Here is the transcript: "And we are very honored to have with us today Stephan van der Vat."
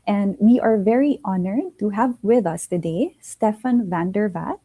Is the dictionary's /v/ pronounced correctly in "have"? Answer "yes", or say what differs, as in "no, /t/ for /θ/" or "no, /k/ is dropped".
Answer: yes